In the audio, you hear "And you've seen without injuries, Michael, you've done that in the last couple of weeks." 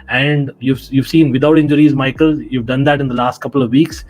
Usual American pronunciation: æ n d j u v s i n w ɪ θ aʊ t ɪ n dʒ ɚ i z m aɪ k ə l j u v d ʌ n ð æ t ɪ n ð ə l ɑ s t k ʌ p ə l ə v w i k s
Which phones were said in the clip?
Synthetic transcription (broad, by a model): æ n d j u v s i n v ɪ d aʊ t ɪ n dʒ ɚ i z m aɪ k ə l j u v d ʌ n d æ t ɪ n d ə l ɑ s t k ʌ p ə l ə v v i k s